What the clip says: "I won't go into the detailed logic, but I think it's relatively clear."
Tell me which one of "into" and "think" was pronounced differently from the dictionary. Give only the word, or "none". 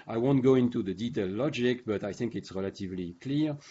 none